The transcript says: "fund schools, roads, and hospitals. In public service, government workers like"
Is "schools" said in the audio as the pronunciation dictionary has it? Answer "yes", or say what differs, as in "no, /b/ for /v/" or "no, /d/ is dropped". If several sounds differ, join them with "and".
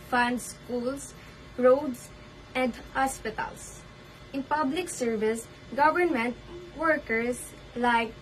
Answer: no, /s/ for /z/